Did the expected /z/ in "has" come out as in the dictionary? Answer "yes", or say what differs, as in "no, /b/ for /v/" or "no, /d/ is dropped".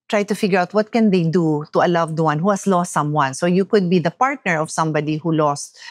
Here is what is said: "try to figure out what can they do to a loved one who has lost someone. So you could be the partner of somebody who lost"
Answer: no, /s/ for /z/